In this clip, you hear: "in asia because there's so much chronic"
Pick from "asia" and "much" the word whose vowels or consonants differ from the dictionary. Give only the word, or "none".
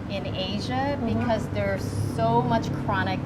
none